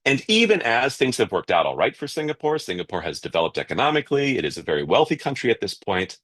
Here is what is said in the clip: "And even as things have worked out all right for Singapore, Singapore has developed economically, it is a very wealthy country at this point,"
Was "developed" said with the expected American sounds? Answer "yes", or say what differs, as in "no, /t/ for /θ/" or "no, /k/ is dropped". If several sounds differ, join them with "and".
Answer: yes